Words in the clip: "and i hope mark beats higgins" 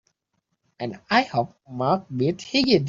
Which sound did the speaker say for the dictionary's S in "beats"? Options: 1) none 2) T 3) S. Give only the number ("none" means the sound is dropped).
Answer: 1